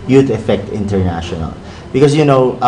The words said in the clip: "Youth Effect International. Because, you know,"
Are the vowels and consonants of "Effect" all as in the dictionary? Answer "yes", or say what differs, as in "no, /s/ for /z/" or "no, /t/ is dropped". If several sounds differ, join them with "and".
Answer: yes